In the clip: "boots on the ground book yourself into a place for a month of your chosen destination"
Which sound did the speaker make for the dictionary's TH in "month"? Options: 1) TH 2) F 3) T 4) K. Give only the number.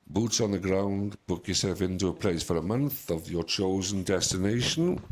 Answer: 1